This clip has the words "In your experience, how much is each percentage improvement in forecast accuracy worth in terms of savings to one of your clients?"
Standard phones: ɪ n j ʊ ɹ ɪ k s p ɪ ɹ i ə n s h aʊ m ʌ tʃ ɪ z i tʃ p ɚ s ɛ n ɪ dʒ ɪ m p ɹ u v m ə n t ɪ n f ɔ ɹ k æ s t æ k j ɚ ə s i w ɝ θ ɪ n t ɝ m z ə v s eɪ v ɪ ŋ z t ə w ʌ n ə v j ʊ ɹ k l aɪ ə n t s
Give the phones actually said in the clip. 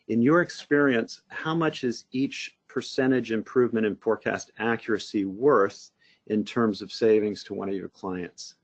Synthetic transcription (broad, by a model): ɪ n j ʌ ɹ ɪ k s p ɪ ɹ i ə n s h aʊ m ʌ tʃ ɪ z i tʃ p ɚ s ɛ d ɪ dʒ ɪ m p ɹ u v m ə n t ɪ n f ɔ ɹ k æ s t æ k j ɚ ə s i w ɝ θ ɪ n t ɝ m z ə v s eɪ v ɪ ŋ z t ə w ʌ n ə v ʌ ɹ k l aɪ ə n t s